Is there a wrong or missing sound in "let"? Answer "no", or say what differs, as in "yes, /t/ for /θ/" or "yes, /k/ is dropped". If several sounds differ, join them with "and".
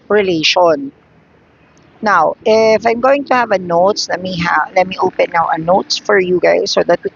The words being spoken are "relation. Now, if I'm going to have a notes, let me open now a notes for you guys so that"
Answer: no